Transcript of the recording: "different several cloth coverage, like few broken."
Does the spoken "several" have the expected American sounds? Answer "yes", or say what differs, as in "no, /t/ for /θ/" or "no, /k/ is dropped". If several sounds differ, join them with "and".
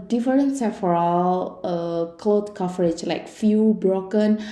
no, /f/ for /v/